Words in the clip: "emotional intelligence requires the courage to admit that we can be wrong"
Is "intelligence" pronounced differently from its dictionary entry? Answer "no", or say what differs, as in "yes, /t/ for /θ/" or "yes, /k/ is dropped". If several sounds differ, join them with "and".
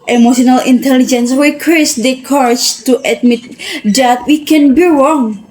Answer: no